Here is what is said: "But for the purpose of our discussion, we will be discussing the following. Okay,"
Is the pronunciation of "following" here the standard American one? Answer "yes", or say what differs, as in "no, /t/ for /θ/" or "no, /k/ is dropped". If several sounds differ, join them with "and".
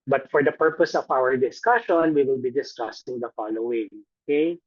yes